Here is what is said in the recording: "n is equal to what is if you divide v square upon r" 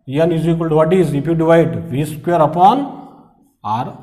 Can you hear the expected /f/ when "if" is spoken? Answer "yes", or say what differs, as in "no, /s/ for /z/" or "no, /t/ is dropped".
no, /p/ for /f/